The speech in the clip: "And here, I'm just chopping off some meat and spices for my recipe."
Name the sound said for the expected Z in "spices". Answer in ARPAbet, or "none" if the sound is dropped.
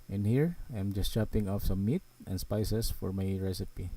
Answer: S